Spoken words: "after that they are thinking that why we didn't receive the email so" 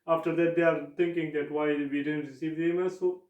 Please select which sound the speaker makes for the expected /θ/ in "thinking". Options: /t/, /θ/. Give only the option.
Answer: /t/